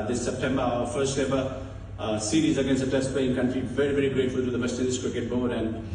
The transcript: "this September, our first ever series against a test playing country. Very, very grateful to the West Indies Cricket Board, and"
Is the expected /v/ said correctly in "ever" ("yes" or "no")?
no